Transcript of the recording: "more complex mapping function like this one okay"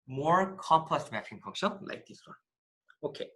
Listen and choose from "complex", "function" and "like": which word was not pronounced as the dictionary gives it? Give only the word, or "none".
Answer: function